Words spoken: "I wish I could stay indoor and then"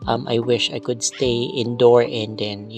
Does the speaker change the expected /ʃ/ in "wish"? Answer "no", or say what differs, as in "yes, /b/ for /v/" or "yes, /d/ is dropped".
no